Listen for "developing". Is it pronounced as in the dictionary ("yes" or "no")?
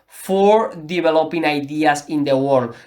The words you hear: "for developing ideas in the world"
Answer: no